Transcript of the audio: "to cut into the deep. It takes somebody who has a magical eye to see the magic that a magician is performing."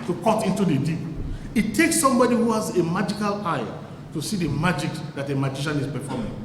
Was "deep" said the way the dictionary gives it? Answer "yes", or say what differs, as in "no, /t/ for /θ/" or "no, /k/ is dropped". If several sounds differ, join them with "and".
no, /p/ is dropped